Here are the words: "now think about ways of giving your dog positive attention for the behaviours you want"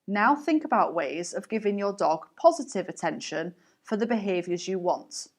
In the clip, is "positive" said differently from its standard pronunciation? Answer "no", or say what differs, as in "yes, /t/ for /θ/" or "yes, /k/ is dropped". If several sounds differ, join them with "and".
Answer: no